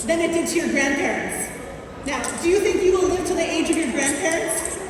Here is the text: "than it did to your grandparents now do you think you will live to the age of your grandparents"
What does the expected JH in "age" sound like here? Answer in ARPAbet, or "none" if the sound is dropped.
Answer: JH